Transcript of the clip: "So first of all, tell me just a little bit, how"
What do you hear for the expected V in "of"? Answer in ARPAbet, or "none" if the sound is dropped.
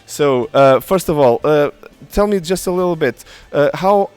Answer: V